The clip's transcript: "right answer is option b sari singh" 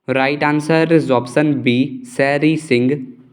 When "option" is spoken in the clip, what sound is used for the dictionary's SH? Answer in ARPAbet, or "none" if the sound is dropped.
S